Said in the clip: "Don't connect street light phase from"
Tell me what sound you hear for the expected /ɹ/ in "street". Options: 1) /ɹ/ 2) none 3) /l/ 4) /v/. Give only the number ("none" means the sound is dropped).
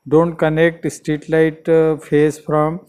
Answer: 2